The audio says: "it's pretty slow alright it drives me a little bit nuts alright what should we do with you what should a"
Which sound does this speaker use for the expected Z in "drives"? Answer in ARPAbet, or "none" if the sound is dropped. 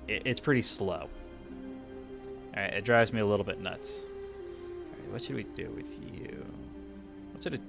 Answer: Z